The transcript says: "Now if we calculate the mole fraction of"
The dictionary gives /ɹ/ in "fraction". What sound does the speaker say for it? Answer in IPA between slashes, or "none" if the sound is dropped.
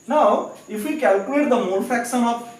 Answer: none